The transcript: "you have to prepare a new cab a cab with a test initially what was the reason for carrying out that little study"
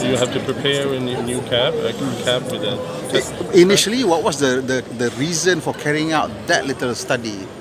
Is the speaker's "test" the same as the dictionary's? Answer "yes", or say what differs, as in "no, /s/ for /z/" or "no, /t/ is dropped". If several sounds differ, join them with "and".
no, /s/ is dropped